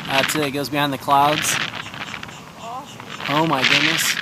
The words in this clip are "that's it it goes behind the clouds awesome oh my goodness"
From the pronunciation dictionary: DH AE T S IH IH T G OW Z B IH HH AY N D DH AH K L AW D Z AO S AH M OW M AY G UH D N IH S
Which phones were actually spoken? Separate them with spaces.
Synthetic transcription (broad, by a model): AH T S IH IH T G OW Z B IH HH AY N DH AH K L AW D Z AO AH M M AY G UH D N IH S